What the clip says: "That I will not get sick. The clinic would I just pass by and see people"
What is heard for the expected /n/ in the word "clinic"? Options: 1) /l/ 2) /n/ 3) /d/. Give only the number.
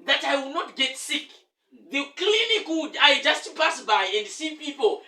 1